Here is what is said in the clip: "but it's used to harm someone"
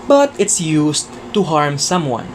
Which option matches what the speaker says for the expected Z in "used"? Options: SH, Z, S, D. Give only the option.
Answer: S